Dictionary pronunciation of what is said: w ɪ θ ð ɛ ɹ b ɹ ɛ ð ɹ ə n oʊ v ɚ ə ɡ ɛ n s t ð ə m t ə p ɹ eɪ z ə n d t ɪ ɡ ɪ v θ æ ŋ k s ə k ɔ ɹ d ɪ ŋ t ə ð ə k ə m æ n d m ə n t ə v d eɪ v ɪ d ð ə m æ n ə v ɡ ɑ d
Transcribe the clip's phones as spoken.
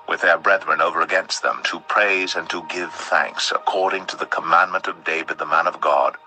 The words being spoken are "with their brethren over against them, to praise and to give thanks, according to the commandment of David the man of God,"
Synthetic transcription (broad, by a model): w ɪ ð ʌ ɹ b ɹ ɛ ð ɹ ə n oʊ v ɚ ə ɡ ɛ n s t ð ə m t ə p ɹ eɪ z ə n t ɪ ɡ ɪ v θ æ ŋ k s ə k ɔ ɹ d ɪ ŋ t ə ð ə k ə m æ n m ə n t ə v d eɪ v ɪ d ð ə m æ n ə v ɡ ɑ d